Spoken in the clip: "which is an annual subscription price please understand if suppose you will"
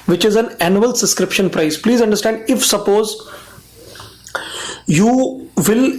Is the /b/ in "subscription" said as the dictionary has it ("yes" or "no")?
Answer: no